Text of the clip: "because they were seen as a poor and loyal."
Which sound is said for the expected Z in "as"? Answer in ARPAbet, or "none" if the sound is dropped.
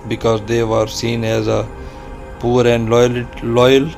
Z